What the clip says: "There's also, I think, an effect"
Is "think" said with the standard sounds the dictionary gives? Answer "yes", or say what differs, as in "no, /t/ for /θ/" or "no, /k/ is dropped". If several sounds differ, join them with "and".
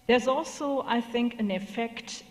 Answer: yes